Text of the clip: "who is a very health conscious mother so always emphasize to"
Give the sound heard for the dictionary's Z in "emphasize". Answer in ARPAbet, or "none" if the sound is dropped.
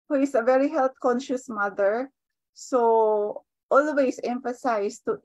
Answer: S